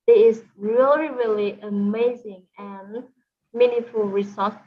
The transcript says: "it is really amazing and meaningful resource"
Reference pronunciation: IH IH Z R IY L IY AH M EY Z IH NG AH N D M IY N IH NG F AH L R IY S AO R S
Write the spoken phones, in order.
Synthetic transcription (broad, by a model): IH IH Z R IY L IY AH M EY Z IH NG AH N M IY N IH F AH L R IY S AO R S